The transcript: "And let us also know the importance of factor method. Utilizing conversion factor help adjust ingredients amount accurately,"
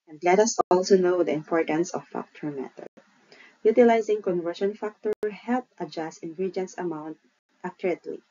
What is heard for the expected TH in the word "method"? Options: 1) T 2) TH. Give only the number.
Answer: 1